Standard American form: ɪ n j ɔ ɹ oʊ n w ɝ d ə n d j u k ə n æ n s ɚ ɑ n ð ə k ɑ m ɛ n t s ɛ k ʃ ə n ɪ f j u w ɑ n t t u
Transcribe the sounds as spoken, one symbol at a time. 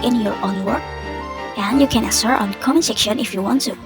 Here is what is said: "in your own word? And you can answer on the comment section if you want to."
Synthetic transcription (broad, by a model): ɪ n j ɔ ɹ oʊ n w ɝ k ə n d j u k ə n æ s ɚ ɑ n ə k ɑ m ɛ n s ɛ k ʃ ə n ɪ f j u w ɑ n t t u